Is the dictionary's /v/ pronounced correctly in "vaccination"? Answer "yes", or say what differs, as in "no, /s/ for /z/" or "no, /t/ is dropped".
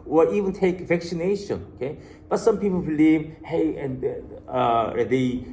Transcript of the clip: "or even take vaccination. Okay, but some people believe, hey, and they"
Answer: no, /f/ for /v/